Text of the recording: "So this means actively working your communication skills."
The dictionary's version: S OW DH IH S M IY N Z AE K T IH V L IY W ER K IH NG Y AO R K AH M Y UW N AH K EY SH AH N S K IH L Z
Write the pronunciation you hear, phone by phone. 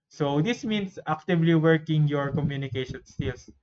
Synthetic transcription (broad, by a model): S OW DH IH S M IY N S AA K T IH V L IY W ER K IH NG Y AO R K AH M Y UW N AH K EY SH AH N S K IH L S